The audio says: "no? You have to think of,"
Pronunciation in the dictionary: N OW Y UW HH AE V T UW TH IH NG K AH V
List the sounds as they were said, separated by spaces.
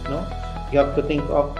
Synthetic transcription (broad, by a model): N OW Y UW HH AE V T UW T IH NG K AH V